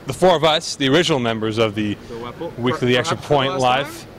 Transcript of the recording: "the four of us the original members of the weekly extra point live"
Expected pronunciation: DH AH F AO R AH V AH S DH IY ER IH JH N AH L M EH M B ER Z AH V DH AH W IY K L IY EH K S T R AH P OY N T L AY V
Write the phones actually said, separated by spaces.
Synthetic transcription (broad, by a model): DH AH F AO R AH V AH S DH IY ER IH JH N L M EH M B ER Z AH V DH AH W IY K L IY EH K S T R AH P OY N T L AY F